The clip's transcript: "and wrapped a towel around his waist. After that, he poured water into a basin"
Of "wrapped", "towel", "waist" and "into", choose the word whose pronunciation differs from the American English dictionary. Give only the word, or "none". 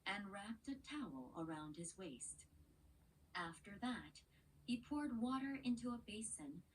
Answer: none